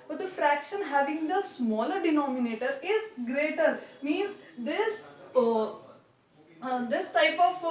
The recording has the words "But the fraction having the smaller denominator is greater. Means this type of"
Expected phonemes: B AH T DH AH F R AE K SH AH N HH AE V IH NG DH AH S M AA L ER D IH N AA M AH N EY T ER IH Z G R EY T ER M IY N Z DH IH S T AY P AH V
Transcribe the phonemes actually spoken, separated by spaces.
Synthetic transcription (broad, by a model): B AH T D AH F R AE K SH AH N HH AE V IH NG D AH S M AA L ER D IH N AA M AH N EY T ER IH Z G R EY T ER M IY N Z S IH S T AY P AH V